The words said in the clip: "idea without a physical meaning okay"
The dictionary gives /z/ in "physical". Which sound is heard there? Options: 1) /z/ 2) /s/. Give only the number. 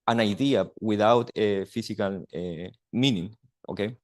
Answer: 2